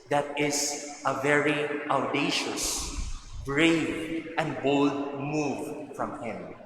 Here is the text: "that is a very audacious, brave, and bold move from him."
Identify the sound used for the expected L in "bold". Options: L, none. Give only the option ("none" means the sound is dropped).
L